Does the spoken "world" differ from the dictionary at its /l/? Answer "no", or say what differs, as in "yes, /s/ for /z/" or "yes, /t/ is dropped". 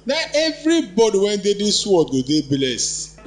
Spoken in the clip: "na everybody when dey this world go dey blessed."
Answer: yes, /l/ is dropped